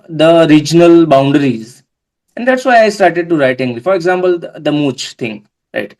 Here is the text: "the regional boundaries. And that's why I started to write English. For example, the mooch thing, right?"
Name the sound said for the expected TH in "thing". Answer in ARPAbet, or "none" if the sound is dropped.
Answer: T